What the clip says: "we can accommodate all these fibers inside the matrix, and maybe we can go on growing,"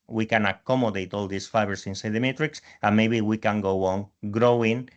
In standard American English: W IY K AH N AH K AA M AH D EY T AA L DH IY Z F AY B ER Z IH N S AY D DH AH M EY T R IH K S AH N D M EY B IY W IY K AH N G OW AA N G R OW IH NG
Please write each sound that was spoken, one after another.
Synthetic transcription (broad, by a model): W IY K AH N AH K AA M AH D EY T AA L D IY S F AY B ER S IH N S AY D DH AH M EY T R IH K S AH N M EY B IY W IY K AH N G OW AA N G R OW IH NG